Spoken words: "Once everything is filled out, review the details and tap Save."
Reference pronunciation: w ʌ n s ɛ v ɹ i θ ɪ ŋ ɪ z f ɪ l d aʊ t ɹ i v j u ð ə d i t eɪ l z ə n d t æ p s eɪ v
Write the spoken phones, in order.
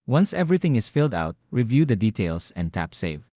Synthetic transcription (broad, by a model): w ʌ n s ɛ v ɹ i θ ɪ ŋ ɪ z f ɪ l d aʊ t ɹ i v j u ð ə d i t eɪ l s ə n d t æ p s eɪ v